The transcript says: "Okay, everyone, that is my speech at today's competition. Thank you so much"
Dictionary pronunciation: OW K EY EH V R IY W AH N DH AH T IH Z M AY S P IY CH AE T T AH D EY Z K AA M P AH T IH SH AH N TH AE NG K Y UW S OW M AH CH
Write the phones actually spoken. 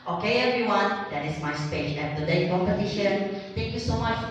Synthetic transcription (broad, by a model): OW K EY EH V R IY W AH N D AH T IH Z M AY S P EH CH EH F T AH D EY K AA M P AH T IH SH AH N T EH NG K Y UW S OW M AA CH